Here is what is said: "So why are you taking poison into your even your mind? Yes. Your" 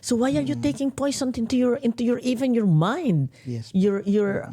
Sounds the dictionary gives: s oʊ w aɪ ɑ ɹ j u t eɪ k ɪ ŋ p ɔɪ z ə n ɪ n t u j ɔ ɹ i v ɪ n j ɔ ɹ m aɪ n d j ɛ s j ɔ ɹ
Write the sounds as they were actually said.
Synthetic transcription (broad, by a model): s oʊ w aɪ ɑ ɹ j u t eɪ k ɪ ŋ p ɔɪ s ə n ɪ n t u j ɔ ɹ i v ɪ n j ɔ ɹ m aɪ n d j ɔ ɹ j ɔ ɹ